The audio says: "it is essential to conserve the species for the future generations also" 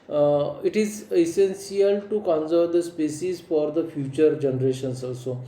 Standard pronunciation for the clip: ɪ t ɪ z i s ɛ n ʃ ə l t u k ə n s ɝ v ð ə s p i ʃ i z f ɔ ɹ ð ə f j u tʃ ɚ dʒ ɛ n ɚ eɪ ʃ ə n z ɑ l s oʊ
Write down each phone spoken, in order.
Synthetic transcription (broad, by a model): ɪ t ɪ z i s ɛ n s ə l t u k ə n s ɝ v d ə s p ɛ s i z f ɔ ɹ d ə f j u tʃ ɚ dʒ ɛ n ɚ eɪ ʃ ə n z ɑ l s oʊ